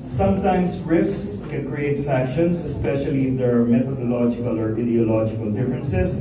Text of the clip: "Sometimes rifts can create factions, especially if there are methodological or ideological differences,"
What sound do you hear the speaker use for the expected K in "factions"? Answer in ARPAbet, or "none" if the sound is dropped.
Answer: none